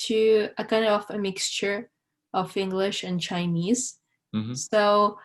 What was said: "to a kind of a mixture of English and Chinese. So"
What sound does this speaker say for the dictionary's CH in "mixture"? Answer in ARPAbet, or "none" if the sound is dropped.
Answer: CH